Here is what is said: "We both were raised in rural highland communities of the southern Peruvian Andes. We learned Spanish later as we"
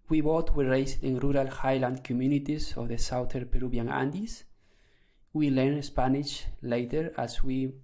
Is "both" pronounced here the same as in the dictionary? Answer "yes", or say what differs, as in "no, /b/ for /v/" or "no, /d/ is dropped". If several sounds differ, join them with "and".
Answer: no, /t/ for /θ/